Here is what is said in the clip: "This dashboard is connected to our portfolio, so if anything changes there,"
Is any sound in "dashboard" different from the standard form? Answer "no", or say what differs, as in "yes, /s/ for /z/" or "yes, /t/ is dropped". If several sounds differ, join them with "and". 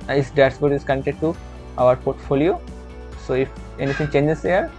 yes, /s/ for /ʃ/